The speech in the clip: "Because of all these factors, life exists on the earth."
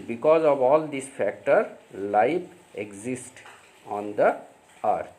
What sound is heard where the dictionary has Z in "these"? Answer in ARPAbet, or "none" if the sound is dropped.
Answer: S